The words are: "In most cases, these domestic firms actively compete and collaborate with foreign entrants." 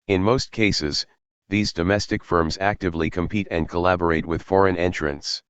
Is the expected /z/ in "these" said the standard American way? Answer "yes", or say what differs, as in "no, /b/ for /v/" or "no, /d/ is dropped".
yes